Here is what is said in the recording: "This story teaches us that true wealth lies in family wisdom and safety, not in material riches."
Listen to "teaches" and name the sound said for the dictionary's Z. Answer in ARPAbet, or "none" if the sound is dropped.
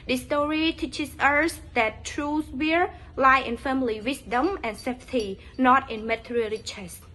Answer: S